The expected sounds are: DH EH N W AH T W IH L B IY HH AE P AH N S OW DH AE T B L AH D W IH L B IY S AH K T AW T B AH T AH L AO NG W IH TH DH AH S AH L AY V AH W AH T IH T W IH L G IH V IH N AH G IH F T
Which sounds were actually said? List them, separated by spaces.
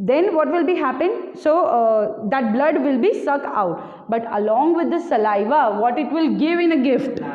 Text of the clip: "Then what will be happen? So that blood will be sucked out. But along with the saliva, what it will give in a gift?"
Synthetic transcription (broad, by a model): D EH N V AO T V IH L B IY HH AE P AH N S OW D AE T B L AH D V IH L B IY S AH K AW T B AH T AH L AO NG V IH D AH S AH L AY V AH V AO T IH T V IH L G IH V IH N AH G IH F T